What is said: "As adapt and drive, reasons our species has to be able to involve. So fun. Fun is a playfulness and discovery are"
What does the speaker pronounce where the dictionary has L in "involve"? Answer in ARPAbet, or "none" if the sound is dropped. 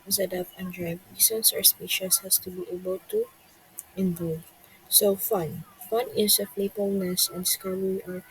none